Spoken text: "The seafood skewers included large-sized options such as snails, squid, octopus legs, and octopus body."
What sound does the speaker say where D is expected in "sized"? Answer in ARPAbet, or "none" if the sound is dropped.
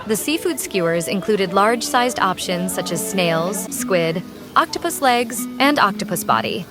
D